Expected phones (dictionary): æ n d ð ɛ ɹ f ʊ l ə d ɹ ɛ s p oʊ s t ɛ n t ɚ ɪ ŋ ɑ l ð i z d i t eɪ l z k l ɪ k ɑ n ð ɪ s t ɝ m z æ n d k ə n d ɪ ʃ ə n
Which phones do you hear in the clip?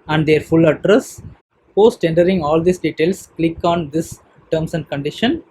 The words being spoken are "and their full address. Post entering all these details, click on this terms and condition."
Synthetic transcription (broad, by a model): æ n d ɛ ɹ f ʊ l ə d ɹ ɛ s p oʊ s t ɛ n t ɚ ɪ ŋ ɑ l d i s d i t eɪ l s k l ɪ k ɑ n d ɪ s t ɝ m s æ n d k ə n d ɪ ʃ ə n